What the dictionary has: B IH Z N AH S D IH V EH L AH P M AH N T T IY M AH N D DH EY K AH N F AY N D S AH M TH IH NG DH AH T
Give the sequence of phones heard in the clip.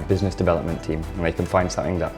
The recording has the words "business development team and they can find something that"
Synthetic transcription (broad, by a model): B IH Z N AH S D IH V EH L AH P M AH N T T IY M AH N DH EY K AH N F AY N D S AH M TH IH NG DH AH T